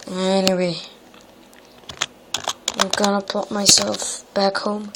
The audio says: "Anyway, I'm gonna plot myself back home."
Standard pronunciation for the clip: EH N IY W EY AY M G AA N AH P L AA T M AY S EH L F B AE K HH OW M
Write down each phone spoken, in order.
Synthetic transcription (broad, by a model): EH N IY W EY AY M G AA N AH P AA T M AY S EH L F B AE K HH OW M